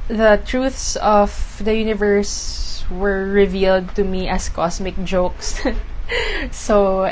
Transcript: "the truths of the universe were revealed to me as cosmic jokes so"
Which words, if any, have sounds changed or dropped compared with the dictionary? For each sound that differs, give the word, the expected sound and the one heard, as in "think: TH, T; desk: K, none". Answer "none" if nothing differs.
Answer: as: Z, S; cosmic: Z, S